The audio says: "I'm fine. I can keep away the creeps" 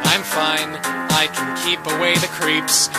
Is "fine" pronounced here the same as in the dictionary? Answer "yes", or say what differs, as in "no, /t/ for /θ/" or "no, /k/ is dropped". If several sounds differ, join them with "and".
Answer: yes